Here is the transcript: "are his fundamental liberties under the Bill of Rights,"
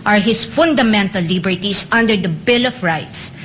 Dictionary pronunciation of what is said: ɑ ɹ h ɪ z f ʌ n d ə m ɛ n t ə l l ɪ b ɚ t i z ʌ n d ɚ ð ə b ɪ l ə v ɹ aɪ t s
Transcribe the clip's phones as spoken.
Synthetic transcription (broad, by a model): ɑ ɹ h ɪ s f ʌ n d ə m ɛ n t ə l l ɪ b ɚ t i s ʌ n d ɚ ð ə b ɪ l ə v ɹ aɪ t s